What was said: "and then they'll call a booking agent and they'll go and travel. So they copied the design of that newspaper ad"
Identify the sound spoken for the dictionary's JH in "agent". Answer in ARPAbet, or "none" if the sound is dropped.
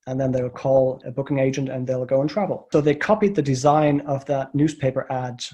JH